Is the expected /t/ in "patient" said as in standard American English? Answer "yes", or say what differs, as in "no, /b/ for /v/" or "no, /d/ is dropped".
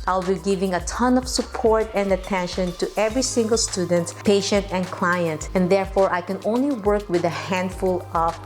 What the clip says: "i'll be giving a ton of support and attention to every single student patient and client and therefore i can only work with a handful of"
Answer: yes